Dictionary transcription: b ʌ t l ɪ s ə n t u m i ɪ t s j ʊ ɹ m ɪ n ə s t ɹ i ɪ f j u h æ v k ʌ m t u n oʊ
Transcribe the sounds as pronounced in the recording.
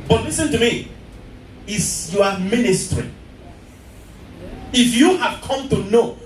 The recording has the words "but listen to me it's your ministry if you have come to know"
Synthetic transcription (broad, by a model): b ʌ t l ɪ s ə n t u m i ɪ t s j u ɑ m ɪ n ə s t ɹ i ɪ f j u h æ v k ʌ m t u n oʊ